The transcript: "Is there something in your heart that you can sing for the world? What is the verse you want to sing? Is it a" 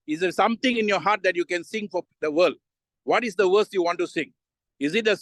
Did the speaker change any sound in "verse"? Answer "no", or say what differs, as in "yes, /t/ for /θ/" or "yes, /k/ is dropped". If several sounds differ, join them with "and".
yes, /w/ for /v/